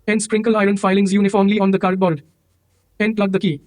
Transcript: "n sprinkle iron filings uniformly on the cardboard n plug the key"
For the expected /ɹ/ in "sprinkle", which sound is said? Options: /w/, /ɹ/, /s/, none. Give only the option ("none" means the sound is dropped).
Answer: /ɹ/